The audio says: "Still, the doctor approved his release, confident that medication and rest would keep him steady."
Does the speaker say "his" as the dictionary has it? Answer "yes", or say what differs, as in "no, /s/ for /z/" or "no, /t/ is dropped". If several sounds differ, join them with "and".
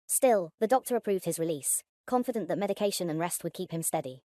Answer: yes